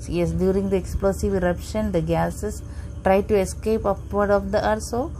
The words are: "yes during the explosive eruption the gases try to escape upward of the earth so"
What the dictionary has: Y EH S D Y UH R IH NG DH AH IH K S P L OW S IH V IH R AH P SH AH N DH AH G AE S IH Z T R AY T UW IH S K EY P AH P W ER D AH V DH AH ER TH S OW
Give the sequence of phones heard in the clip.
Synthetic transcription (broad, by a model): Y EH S D Y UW R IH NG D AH IH K S P L OW S IH V IH R AH P SH AH N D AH G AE S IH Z T R AY T UW IH S K EY P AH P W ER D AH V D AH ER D S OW